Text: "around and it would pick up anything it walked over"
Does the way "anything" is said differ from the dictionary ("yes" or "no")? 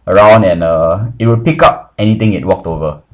yes